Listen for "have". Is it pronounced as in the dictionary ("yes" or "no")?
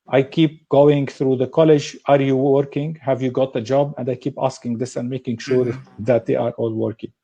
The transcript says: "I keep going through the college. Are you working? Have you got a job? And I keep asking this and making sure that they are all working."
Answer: yes